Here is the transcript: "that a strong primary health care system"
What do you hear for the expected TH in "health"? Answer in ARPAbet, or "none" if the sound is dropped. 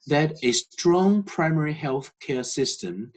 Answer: TH